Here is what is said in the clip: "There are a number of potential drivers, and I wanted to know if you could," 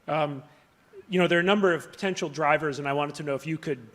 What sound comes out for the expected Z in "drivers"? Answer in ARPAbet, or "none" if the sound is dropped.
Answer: Z